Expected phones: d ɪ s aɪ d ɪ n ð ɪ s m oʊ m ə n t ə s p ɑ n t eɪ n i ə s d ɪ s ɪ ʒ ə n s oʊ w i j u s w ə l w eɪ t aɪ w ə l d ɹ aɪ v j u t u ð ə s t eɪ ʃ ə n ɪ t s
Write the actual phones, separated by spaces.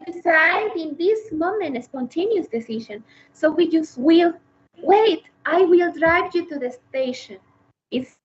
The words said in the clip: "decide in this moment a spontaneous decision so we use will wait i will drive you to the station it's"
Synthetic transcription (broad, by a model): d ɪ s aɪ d ɪ n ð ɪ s m oʊ m ə n t ə s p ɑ n t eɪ n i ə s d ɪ s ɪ ʃ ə n s oʊ w i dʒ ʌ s w ə l w eɪ t aɪ w ə l d ɹ aɪ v j u t u ð ə s t eɪ ʃ ə n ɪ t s